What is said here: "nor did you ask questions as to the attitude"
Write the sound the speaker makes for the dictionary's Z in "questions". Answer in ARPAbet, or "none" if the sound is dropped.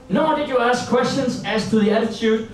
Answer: S